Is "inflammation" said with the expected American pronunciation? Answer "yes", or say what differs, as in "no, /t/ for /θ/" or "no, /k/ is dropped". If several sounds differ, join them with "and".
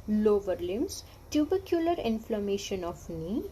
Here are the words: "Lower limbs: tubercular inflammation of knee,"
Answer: yes